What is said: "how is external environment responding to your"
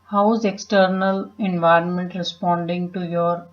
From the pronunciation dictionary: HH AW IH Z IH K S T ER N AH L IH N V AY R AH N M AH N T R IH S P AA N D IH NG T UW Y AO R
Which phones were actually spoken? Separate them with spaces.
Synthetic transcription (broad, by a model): HH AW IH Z IH K S T ER N AH L IH N V AY R AH N M AH N T R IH S P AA N D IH NG T UW Y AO R